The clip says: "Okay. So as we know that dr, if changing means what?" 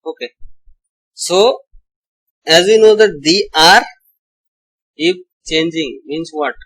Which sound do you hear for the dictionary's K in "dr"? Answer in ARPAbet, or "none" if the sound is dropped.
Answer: none